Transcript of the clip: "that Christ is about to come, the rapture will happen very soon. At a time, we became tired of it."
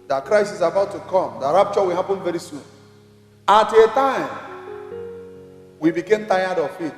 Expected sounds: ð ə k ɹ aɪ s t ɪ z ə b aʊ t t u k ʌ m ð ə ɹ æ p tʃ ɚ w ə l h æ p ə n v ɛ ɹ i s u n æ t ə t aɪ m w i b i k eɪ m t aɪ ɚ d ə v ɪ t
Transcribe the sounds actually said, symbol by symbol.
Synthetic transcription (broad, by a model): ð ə k ɹ aɪ s ɪ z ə b aʊ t t u k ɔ m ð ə ɹ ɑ p tʃ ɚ w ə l h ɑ p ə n v ɛ ɹ i s u n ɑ t ə t aɪ m w i b i k eɪ m t aɪ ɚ d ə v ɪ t